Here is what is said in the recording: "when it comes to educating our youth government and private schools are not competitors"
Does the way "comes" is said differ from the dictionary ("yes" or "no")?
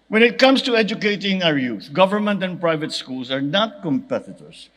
yes